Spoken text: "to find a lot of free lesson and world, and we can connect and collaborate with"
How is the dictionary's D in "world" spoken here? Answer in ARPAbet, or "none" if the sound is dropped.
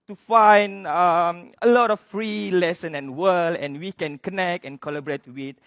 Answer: none